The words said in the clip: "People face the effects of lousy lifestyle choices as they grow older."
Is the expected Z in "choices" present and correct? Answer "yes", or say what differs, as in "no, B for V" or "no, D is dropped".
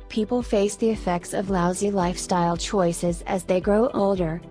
yes